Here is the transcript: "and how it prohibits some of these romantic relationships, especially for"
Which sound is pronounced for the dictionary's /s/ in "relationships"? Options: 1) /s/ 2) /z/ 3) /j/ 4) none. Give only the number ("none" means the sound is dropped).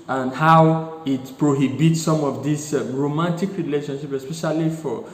4